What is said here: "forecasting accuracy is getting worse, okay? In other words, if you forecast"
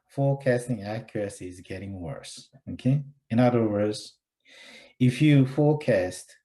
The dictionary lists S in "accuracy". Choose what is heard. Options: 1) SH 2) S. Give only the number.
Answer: 2